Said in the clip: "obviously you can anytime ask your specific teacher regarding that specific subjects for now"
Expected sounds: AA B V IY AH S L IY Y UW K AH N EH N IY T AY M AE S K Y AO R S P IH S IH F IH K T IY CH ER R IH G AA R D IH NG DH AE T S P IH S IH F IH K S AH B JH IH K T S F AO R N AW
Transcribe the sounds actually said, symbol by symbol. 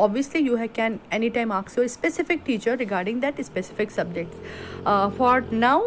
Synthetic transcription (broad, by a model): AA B V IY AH S L IY Y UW K AH N EH N IY T AY M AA K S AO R S P IH S IH F IH K T IY CH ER R IH G AA R D IH NG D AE T S P IH S IH F IH K S AH B JH IH K T S F AO R N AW